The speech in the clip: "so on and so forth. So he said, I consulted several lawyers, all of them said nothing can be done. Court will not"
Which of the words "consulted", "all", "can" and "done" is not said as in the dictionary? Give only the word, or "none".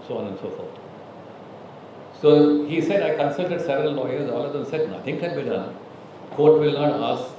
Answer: can